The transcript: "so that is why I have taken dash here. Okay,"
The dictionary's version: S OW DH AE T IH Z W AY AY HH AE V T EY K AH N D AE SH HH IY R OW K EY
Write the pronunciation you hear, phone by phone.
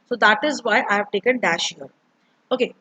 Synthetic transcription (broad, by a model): S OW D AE T IH Z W AY AY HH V T EY K AH N D AE SH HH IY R OW K EY